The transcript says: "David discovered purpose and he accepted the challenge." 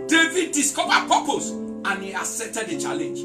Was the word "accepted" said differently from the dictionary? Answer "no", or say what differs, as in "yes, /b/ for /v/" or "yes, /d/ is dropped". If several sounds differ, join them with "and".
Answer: yes, /k/ is dropped